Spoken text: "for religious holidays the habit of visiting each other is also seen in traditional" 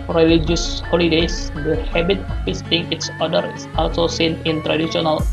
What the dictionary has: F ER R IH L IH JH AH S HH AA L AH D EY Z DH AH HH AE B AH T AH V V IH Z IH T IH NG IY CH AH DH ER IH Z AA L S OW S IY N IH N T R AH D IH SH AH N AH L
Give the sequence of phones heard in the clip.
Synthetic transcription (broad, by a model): R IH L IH JH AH S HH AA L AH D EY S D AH HH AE B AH T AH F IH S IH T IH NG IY S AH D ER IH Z AA L S OW S IY N IH N T R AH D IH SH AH N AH L